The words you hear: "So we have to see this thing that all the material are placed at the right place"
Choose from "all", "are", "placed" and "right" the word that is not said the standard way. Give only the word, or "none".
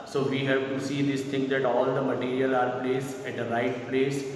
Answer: placed